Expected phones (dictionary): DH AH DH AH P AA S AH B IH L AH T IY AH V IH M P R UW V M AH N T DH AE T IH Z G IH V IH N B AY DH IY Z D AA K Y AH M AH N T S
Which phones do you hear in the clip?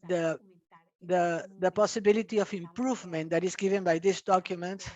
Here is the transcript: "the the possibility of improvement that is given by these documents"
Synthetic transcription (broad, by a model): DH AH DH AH P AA S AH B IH L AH T IY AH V IH M P R UW V M AH N T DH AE T IH Z G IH V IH N B AY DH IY S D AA K Y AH M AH N T